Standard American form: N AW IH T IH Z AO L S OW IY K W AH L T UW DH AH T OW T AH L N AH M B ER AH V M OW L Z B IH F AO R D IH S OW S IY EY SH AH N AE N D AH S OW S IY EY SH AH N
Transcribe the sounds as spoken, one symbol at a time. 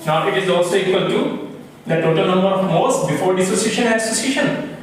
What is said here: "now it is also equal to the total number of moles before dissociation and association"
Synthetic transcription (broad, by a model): N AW IH T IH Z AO S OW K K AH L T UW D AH T OW T AH L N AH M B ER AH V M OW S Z B IH F AO R D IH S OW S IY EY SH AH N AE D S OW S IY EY SH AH N